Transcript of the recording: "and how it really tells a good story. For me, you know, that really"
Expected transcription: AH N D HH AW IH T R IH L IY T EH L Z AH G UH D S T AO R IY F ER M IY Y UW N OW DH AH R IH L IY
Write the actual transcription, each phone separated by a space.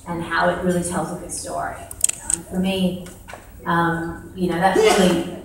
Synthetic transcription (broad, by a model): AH N HH AW IH T R IH L IY T EH L Z AH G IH S T AO R IY F ER M IY Y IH N OW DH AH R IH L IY